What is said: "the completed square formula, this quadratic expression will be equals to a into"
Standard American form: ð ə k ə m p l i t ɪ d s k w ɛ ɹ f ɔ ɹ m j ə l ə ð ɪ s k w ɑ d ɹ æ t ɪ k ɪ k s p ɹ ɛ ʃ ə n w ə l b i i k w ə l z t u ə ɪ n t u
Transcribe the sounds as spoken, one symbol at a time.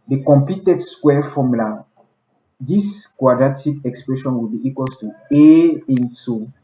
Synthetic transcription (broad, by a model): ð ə k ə m p i t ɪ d s k w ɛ f ɔ m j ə l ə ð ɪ s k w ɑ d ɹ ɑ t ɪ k ɪ k s p ɹ ɛ ʃ ə n w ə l b i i k w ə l t u ə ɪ n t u